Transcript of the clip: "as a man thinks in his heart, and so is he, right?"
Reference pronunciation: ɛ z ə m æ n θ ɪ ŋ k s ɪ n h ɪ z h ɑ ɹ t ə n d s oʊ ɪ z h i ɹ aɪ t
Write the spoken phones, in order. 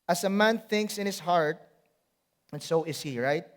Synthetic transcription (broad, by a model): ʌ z ə m æ n θ ɪ ŋ k s ɪ n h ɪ s h ɑ ɹ t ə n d s oʊ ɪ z h i ɹ aɪ t